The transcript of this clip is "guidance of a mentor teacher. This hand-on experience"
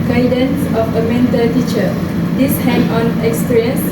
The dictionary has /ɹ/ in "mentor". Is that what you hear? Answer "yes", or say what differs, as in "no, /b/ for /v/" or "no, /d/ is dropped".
no, /l/ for /ɹ/